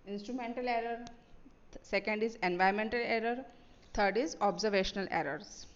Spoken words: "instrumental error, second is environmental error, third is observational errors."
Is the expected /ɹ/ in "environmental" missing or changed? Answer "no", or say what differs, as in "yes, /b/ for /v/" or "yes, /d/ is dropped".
yes, /ɹ/ is dropped